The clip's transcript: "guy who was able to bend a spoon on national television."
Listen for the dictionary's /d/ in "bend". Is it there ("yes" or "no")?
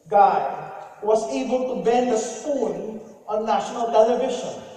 yes